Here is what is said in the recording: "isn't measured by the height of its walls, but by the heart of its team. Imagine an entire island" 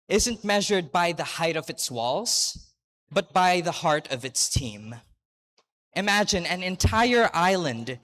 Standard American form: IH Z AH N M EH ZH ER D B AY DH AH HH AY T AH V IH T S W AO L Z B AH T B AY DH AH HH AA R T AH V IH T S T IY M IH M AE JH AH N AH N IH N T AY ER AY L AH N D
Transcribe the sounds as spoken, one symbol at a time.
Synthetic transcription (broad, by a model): IH Z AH N M EH ZH ER D B AY DH AH HH AY T AH V IH T S W AO L Z B AH T B AY DH AH HH AA R T AH V IH T S T IY M IH M AE JH AH N AH N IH N T AY ER AY L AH N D